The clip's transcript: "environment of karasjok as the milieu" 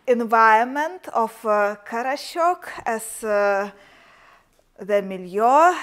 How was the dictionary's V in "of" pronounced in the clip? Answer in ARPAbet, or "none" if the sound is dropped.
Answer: F